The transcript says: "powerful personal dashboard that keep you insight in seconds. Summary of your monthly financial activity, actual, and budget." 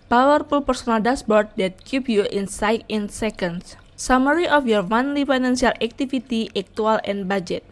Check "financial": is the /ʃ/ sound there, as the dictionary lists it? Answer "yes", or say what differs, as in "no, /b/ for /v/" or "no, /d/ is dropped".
no, /s/ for /ʃ/